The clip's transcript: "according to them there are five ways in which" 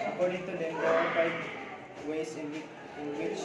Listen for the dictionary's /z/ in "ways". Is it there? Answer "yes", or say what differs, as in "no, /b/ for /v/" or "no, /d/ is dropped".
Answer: no, /s/ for /z/